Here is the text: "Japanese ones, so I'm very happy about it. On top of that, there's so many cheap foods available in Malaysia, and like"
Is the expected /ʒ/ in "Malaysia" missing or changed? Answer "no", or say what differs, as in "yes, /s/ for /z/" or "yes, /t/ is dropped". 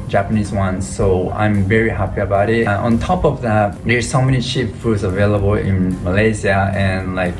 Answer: yes, /z/ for /ʒ/